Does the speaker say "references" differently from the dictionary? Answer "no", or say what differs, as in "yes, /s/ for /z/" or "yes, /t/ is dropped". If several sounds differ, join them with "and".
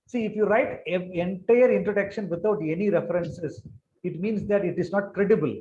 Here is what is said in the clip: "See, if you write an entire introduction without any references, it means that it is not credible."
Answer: yes, /s/ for /z/